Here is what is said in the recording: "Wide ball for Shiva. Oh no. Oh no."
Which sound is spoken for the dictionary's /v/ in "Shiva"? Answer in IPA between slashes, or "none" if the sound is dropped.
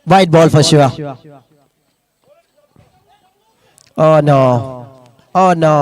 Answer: none